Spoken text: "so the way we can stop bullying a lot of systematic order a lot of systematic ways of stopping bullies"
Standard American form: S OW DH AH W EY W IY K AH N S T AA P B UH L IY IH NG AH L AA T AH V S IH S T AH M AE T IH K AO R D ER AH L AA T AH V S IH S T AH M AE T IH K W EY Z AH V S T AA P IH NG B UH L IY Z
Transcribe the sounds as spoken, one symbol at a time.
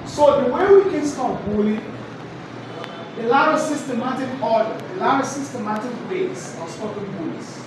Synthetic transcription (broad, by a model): S OW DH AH W EY W IY K AH N S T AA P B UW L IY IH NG AH L AA T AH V S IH S T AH M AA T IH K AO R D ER AH L AA T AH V S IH S T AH M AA T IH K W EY S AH S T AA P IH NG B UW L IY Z